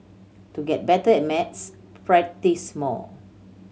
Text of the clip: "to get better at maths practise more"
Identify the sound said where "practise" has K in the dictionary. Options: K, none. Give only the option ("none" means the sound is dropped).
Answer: none